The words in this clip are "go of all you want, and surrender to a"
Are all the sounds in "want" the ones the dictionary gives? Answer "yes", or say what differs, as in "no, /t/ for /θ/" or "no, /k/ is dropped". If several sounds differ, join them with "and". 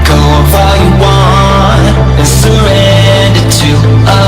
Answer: no, /t/ is dropped